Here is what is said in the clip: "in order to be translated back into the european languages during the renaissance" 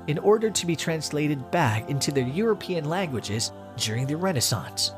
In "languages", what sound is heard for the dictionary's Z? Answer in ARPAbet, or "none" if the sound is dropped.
Z